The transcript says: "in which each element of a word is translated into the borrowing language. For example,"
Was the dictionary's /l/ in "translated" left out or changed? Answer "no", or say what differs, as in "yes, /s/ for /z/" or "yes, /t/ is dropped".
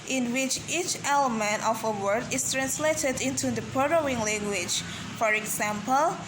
no